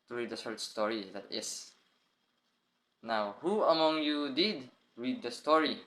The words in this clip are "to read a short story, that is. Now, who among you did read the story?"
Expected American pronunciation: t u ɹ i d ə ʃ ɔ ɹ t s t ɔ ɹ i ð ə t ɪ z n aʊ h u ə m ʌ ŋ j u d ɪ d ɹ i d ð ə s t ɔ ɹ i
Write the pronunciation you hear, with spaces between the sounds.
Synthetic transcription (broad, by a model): t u ɹ i d ə s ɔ ɹ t s t ɔ ɹ i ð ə t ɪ s n aʊ h u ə m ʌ ŋ j u d ɪ d ɹ i d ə s t ɔ ɹ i